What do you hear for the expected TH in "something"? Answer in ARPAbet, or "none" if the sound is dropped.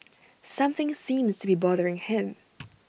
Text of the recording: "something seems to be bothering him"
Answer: TH